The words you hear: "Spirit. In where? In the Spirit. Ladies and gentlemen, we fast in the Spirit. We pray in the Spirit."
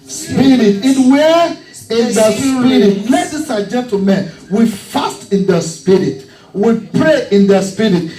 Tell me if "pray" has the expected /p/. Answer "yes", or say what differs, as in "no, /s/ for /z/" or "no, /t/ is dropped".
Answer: yes